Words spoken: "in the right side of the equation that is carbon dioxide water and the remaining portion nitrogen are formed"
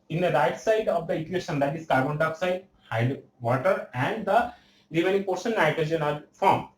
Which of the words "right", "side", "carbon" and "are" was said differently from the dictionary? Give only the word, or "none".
are